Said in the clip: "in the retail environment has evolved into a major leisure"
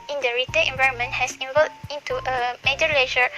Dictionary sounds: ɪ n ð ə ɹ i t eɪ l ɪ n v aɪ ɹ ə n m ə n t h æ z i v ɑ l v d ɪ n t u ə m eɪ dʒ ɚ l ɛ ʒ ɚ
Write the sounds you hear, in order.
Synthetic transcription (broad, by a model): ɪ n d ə ɹ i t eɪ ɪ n v aɪ ɹ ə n m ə n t h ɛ s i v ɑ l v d ɪ n t u ə m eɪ dʒ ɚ l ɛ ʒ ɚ